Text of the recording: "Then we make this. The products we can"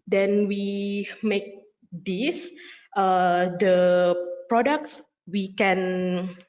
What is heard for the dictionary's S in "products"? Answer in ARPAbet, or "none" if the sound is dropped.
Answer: S